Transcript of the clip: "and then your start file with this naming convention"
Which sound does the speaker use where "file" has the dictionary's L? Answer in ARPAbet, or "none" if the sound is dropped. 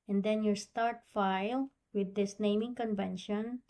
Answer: L